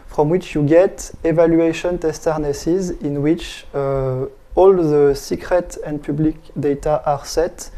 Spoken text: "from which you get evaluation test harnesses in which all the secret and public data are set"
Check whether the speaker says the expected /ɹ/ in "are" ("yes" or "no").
yes